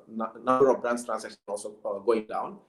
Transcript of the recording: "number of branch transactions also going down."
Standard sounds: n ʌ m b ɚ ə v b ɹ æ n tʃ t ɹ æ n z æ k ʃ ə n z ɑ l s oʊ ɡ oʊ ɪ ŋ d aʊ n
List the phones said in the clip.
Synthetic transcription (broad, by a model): n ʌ m b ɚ ə v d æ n s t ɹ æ n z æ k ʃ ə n ɑ l s oʊ ɡ oʊ ɪ ŋ d aʊ n